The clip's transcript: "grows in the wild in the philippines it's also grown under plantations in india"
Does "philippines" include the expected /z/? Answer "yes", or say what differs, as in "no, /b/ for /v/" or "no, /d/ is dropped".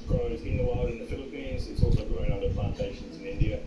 yes